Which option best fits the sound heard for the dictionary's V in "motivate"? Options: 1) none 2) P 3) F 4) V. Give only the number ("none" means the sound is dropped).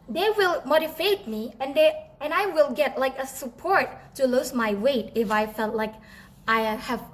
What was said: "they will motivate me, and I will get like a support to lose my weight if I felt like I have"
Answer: 3